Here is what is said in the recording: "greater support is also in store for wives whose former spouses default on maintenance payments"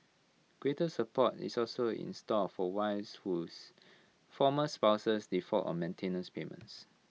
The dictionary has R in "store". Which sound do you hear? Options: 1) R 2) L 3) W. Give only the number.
2